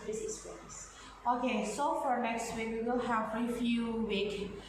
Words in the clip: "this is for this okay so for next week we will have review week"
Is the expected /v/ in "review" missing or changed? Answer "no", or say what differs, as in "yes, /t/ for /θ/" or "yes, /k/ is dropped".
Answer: yes, /f/ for /v/